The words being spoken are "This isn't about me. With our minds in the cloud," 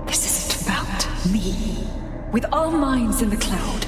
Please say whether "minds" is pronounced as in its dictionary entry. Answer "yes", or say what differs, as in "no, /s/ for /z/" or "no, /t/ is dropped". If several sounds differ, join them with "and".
yes